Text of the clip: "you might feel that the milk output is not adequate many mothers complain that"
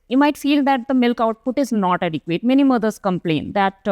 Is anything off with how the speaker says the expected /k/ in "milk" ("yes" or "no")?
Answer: no